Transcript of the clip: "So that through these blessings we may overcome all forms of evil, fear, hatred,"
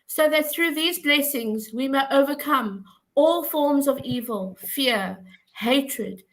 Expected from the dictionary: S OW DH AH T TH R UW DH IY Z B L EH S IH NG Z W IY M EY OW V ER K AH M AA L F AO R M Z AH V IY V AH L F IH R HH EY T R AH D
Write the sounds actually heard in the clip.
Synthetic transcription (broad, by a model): S OW DH AH T TH R UW DH IY Z B L EH S IH NG Z W IY M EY OW V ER K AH M AA L F AO R M Z AH V IY V AH L F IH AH HH EY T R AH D